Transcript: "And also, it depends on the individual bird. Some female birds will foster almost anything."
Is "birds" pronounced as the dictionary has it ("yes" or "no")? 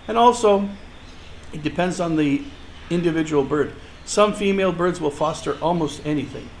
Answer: yes